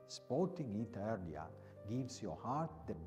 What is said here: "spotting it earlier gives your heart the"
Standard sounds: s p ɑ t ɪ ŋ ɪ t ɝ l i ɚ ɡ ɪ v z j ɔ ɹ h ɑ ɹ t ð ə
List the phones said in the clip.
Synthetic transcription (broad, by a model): s p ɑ t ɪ ŋ ɪ t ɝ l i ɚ ɡ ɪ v s j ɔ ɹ h ɑ ɹ t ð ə